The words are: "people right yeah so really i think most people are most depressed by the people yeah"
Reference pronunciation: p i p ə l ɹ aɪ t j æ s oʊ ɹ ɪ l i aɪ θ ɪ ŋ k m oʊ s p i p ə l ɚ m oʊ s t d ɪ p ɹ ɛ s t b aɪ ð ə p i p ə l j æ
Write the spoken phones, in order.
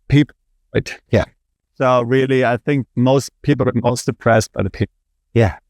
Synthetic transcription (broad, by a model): p i p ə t j æ s oʊ ɹ ɪ l i aɪ θ ɪ ŋ k m oʊ s p i p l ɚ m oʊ s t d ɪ p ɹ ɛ s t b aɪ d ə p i j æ